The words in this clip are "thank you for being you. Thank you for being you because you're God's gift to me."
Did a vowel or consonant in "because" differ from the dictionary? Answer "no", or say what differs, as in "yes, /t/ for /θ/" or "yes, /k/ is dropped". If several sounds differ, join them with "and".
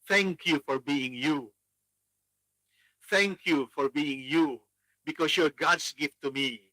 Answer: yes, /s/ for /z/